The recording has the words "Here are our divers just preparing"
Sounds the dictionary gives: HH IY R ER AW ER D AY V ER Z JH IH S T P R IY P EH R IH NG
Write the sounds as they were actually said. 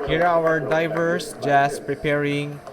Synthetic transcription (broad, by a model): HH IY R AW ER D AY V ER S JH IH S P R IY P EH R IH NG